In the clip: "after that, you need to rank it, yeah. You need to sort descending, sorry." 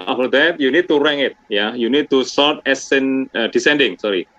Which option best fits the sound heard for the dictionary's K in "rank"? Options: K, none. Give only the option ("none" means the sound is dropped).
none